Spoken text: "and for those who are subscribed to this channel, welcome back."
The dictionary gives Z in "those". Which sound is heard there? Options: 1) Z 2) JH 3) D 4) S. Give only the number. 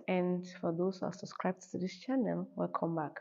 4